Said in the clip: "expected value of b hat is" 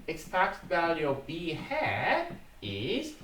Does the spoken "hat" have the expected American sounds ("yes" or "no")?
no